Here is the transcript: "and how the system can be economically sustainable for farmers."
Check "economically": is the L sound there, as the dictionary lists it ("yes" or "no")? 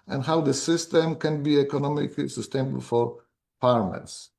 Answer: yes